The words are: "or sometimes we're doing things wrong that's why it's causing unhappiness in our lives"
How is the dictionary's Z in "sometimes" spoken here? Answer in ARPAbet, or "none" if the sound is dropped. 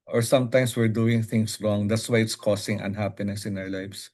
S